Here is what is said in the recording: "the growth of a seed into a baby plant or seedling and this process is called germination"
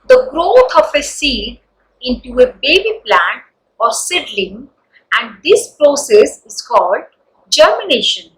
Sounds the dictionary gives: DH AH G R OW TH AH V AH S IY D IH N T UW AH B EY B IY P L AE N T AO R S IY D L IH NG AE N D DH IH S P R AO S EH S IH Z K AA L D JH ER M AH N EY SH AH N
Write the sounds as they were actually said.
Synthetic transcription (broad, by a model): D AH G R OW T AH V AH S IY D IH N T UW AH B EY B IY P L AE N T AO R S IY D L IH NG AE N D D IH S P R AO S EH S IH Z K AA L D JH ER M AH N EY SH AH N